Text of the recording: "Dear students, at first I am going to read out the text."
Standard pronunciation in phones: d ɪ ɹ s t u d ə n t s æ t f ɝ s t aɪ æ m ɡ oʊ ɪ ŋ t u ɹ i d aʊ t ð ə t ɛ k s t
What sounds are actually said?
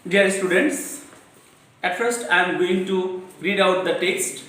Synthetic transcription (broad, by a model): d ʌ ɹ s t u d ə n t s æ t f ɝ s t aɪ m ɡ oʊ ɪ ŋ t u ɹ i d aʊ t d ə t ɛ k s t